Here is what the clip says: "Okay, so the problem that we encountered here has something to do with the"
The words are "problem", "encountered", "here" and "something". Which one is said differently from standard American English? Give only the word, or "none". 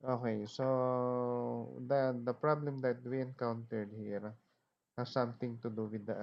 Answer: something